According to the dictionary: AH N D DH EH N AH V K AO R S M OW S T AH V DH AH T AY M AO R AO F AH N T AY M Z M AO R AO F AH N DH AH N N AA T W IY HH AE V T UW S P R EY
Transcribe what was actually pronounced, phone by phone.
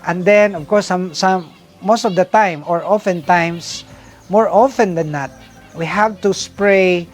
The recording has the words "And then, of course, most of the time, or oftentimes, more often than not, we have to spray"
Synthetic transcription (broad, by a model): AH N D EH N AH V K AO R S M OW S T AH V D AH T AY M AO R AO F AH N T AY M S M AO R AO F AH N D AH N N AA T W IY HH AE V T UW S P R EY